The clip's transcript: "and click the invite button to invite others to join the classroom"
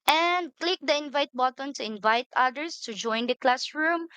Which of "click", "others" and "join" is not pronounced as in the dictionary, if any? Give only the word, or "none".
others